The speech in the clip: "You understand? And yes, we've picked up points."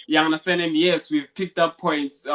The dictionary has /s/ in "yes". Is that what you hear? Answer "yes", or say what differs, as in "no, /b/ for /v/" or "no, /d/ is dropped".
yes